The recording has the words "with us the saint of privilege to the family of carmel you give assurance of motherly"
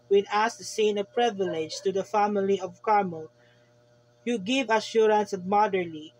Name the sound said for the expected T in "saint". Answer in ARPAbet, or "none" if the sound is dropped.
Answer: none